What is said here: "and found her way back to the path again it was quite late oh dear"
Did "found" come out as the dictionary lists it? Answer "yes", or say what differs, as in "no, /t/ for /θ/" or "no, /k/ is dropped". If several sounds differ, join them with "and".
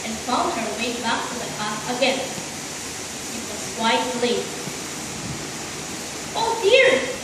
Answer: no, /l/ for /n/